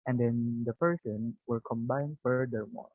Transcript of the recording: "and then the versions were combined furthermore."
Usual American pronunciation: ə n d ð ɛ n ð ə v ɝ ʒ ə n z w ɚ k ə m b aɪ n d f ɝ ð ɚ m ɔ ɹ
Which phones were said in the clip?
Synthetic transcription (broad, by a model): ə n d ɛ n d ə p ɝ s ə n w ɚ k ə m b aɪ n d f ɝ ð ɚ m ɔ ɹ